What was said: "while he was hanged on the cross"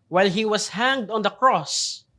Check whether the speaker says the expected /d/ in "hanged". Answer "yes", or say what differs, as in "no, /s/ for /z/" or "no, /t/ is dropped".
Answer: yes